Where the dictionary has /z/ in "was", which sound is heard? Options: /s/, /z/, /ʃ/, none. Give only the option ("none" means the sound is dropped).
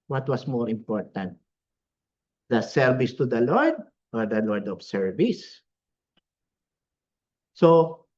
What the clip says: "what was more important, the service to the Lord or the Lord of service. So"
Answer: /s/